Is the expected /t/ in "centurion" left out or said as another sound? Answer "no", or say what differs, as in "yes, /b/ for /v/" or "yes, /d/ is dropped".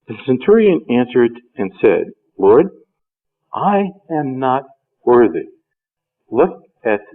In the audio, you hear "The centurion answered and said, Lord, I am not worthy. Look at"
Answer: no